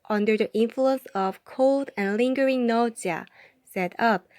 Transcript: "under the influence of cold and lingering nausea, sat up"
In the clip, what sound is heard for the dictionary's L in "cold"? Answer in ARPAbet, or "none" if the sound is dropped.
L